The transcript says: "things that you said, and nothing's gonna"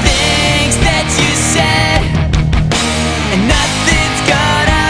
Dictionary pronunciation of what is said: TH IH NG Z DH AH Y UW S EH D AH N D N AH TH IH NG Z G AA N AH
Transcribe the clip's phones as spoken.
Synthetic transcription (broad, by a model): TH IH NG Z DH AH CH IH S EH D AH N N AH TH IH NG Z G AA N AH